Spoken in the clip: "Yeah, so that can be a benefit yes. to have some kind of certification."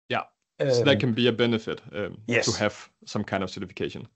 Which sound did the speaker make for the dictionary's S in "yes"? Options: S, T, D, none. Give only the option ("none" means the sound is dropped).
none